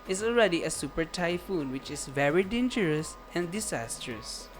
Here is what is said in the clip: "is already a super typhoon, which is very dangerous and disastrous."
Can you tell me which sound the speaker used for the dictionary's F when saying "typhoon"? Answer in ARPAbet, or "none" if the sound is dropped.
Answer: F